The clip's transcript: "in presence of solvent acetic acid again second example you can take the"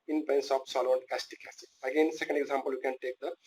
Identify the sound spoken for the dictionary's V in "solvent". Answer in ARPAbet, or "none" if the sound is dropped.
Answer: none